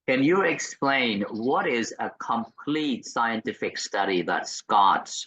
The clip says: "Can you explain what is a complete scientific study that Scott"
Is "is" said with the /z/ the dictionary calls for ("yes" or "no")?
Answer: yes